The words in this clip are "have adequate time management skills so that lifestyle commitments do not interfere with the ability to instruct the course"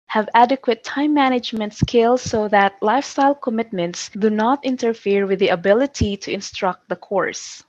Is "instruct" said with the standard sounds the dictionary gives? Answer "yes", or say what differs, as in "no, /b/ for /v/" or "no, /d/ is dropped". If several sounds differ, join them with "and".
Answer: yes